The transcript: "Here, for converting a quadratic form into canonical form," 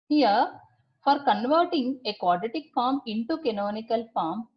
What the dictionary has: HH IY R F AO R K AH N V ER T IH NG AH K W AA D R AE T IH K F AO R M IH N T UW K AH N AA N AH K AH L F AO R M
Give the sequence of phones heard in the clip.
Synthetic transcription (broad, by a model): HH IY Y F AO R K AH N V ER T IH NG AH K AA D EH T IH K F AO R M IH N T UW K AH N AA N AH K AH L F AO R M